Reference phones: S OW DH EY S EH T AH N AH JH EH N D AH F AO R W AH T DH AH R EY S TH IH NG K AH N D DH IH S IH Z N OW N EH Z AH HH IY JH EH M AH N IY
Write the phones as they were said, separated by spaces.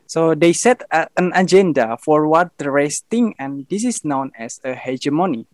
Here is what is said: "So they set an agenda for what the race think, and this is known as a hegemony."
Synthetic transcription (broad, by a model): S OW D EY S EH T AH N AH JH EH N D AH F AO R W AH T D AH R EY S T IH NG AH N D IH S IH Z N OW N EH S AH HH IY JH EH M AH N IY